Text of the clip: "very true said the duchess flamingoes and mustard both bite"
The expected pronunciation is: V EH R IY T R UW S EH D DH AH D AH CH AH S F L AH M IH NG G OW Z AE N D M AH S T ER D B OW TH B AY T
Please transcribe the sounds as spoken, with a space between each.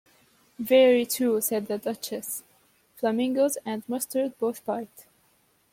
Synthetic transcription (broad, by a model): V EH R IY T UW S EH D DH AH D AH CH AH S F L AH M IH NG G OW Z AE N D M AH S T ER D B OW TH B AY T